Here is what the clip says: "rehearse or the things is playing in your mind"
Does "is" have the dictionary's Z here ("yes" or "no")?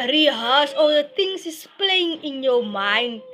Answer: no